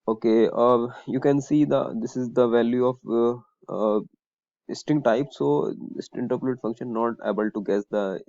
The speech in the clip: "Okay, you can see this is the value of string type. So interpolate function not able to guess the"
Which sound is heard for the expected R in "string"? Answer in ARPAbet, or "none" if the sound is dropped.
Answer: none